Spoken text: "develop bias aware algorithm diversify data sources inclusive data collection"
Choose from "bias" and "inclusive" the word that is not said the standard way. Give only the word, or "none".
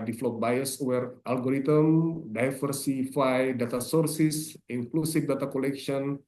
inclusive